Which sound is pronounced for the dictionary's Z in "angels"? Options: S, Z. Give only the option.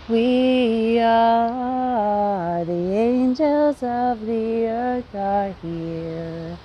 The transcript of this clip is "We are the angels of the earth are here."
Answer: Z